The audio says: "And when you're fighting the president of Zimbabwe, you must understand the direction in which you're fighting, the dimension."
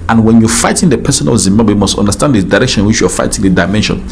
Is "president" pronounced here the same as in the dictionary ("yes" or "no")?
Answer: no